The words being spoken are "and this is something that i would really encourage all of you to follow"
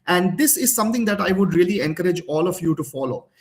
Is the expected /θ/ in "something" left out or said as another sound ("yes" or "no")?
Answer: yes